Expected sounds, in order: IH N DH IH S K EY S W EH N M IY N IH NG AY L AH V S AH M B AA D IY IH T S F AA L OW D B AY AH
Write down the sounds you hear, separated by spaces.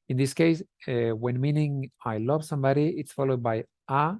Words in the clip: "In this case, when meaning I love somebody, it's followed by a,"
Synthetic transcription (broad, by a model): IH N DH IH S K EY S W EH N M IY N IH NG AY L AH V S AH M B AA D IY IH T S F AA L OW D B AY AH